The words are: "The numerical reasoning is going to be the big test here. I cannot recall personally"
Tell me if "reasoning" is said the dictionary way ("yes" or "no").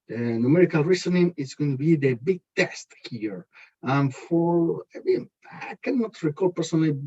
no